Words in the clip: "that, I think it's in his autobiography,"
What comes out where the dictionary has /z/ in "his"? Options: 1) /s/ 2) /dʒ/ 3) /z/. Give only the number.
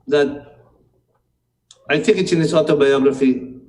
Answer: 1